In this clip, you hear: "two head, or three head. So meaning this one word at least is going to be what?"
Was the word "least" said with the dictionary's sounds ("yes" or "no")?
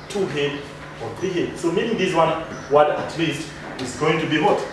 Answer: yes